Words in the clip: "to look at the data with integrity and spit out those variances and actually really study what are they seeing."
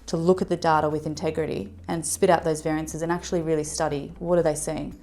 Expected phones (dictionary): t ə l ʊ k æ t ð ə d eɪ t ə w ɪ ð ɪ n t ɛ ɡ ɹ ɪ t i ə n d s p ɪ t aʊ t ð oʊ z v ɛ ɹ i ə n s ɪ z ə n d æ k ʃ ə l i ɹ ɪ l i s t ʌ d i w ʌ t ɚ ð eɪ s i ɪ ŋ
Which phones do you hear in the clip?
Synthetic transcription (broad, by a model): t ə l ʊ k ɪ t ð ə d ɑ t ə w ɪ ð ɪ n t ɛ ɡ ɹ ɪ t i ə n s p ɪ t aʊ t ð oʊ z v ɛ ɹ i ə n s ɪ z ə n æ k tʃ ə l i ɹ ɪ l i s t ʌ d i w ʌ t ɚ ð eɪ s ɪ ɪ ŋ